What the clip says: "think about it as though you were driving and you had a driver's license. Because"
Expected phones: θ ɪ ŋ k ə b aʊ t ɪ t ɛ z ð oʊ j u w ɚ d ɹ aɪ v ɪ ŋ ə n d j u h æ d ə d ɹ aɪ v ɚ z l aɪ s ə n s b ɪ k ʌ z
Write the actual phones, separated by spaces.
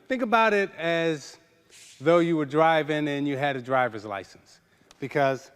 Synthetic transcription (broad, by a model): θ ɪ ŋ k ə b aʊ t ɪ t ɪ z ð oʊ j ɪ w ɚ d ɹ aɪ v ɪ ŋ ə n j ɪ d d ə d ɹ aɪ v ɚ z l aɪ s n s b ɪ k ʌ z